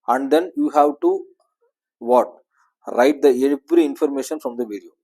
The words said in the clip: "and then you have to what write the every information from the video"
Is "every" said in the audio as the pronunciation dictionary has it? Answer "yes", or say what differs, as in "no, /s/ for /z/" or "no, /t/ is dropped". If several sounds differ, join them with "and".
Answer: no, /b/ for /v/